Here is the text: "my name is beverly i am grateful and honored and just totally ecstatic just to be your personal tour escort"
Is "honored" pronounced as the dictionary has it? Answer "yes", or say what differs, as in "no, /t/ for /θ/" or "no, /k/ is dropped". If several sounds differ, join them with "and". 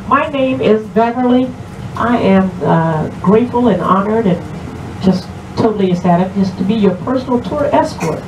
yes